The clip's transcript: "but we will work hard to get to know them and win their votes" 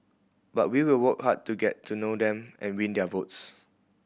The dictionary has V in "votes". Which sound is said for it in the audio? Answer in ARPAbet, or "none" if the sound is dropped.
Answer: V